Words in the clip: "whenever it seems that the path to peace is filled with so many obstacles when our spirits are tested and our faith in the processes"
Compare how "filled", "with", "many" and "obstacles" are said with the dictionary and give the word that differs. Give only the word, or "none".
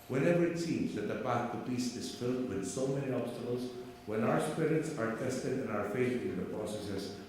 none